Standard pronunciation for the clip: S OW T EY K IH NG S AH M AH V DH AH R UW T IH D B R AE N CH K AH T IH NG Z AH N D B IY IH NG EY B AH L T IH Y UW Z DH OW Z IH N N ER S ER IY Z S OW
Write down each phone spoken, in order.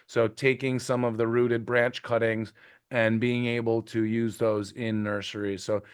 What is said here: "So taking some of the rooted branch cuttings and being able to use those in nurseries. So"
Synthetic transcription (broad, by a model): S OW T EY K IH NG S AH M AH V DH AH R UW T IH D B R AE N CH K AH T IH NG Z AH N B IY IH NG EY B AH L T IH Y UW Z DH OW Z IH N N ER S ER IY S OW